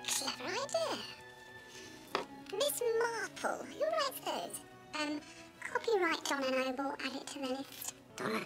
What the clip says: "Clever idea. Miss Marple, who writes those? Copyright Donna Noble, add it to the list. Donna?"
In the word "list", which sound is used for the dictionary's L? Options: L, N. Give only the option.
N